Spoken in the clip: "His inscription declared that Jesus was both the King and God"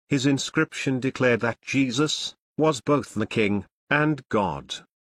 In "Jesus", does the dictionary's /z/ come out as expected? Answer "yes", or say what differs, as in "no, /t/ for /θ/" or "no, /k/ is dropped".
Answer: yes